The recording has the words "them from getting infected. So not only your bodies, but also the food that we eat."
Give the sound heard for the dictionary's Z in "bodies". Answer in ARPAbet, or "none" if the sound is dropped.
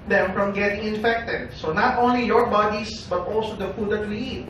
S